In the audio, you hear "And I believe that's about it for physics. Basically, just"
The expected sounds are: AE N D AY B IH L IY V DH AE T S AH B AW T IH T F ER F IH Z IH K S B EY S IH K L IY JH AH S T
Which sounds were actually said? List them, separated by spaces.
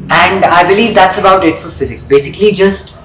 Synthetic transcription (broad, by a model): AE N D AY B IH L IY V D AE T S AH B AW T IH T F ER F IH Z IH K S B EY S IH K L IY JH AH S T